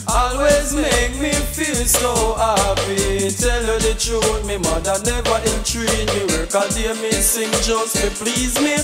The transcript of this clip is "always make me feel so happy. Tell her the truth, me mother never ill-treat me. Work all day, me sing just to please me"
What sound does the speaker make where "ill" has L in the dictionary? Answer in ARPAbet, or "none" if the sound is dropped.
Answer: N